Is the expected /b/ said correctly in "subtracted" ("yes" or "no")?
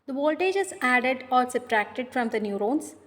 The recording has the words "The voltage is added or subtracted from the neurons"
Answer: no